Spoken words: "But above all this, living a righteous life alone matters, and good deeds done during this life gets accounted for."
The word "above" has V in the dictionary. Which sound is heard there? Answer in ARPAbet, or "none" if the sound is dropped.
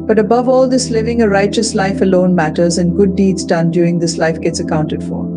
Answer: V